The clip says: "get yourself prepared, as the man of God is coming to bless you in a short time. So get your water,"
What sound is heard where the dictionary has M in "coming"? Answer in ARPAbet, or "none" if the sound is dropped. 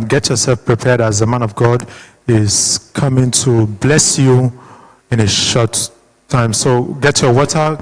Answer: M